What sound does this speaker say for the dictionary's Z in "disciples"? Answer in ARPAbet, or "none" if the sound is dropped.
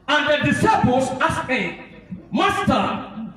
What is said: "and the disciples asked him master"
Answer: S